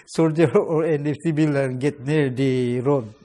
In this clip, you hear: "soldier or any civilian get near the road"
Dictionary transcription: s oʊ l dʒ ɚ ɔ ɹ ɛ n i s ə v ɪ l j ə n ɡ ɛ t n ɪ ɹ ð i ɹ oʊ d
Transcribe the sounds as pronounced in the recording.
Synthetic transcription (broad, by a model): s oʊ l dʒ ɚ ɔ ɹ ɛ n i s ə b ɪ l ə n ɡ ɛ t n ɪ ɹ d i ɹ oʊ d